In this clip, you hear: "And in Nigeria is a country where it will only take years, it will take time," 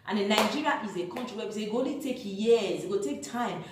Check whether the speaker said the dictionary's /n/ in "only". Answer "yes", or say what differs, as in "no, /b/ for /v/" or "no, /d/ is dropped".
no, /n/ is dropped